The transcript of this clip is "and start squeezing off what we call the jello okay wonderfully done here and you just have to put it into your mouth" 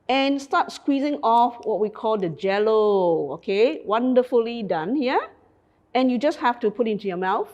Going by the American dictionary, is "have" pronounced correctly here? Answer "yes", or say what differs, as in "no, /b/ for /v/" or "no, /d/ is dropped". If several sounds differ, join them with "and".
no, /f/ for /v/